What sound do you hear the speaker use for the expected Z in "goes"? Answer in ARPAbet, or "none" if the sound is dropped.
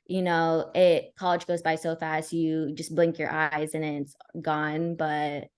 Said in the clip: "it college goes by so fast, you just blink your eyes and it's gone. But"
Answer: Z